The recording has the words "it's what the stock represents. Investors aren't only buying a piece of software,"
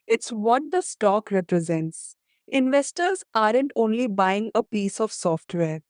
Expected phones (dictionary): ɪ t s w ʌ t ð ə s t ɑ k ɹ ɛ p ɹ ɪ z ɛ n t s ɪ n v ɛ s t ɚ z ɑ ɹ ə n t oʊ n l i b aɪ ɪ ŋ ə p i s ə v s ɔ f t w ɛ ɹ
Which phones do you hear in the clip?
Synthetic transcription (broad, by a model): ɪ t s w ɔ t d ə s t ɑ k ɹ ɛ p ɹ ɪ z ɛ n t s ɪ n v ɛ s t ɚ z ɑ ɹ ə n t oʊ n l i b aɪ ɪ ŋ ə p i s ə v s ɔ f t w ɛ ɹ